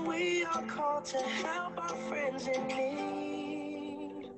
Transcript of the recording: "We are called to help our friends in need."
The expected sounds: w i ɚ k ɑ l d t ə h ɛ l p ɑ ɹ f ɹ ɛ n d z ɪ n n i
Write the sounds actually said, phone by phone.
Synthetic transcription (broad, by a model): w i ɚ k ɑ l d t ə h ɛ l p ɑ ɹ f ɹ ɛ n d z ɪ n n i